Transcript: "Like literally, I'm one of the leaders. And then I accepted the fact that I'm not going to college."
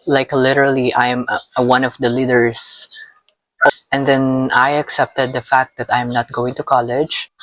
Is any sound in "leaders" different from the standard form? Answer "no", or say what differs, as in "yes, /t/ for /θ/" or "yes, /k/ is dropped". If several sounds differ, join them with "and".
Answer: yes, /s/ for /z/